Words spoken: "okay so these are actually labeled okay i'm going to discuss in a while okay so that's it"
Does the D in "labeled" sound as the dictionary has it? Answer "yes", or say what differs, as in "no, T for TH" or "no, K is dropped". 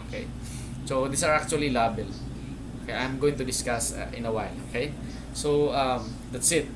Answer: no, D is dropped